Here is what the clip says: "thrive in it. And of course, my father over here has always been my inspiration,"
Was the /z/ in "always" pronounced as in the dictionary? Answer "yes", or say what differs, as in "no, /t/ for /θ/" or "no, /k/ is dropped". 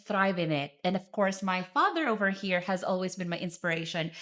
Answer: yes